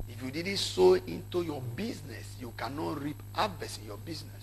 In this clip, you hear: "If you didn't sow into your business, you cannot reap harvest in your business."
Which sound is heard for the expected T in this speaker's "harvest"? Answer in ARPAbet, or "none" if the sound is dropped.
none